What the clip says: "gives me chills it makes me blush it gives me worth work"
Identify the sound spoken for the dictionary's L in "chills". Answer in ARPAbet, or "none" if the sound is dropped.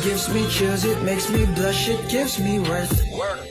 none